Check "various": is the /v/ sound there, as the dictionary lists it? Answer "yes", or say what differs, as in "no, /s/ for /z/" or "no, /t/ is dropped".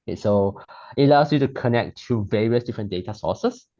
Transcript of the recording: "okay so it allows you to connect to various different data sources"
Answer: yes